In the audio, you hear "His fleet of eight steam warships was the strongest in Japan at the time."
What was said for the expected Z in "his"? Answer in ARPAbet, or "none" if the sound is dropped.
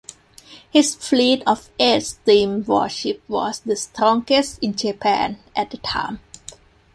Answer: S